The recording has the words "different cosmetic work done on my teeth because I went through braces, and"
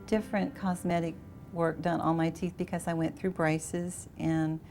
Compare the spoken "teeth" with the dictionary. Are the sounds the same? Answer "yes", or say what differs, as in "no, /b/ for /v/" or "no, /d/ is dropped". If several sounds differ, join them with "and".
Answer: yes